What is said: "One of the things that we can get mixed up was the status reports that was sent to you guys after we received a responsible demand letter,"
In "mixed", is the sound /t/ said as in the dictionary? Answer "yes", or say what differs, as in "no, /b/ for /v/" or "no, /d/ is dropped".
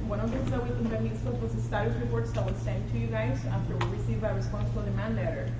no, /t/ is dropped